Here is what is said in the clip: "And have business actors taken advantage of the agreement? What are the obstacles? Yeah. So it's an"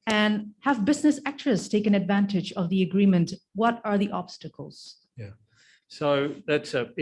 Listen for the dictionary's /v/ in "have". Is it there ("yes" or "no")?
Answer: yes